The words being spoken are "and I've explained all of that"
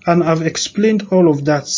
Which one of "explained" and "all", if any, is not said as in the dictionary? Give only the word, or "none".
none